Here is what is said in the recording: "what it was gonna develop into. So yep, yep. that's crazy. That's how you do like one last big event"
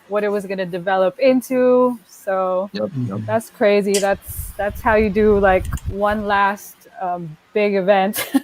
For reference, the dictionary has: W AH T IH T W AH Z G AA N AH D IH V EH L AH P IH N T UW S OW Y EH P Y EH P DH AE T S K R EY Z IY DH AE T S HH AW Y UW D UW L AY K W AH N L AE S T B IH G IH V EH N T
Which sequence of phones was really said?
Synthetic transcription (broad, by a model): W AH T IH T W AH Z G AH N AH D IH V EH L AH P IH N T UW S OW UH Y DH AE T S K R EY Z IY DH AE T S HH AW Y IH D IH L AY K W AH N L AE S T B IH G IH V EH N T